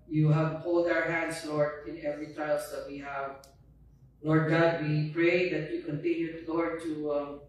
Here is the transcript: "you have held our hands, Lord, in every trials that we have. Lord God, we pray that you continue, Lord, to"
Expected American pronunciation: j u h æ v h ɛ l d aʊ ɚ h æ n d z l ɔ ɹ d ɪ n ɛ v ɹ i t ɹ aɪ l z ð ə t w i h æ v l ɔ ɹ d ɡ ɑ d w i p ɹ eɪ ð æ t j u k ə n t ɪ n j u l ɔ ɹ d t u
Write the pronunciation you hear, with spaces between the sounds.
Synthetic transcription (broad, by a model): j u h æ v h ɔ l d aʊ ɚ h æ n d s l ɔ ɹ d ɪ n ɛ v ɹ i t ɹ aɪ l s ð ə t w i h æ v l ɔ ɹ d ɡ ɑ d w i p ɹ eɪ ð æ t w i k ə n t ɪ n j u l ɔ ɹ d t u